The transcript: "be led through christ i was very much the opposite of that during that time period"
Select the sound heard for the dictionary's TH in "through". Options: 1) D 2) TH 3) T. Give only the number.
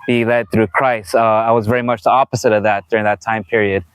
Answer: 2